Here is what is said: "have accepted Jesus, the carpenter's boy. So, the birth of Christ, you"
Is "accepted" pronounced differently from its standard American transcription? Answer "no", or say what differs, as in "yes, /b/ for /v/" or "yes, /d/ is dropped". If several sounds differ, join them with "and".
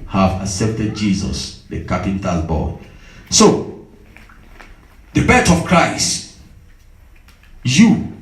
yes, /k/ is dropped